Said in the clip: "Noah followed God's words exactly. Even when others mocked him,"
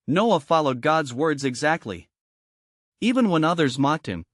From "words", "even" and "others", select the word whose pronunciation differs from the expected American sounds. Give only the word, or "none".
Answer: none